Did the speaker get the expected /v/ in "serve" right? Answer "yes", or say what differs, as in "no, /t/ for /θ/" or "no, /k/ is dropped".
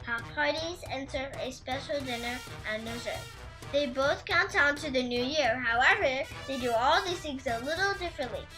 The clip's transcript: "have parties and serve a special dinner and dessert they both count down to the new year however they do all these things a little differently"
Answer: no, /v/ is dropped